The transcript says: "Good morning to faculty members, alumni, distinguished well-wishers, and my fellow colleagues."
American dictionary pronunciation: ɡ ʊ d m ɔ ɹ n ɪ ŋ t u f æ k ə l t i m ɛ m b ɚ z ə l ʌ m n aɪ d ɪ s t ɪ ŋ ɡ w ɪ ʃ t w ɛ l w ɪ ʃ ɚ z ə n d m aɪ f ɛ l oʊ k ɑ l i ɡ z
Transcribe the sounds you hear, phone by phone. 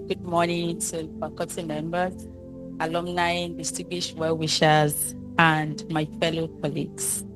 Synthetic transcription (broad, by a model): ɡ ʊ d m ɔ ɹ n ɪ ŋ t u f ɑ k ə t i m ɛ m b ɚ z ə l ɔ m n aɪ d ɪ s t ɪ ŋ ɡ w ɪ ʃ w ɛ l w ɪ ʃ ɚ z ə n d m aɪ f ɛ l oʊ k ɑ l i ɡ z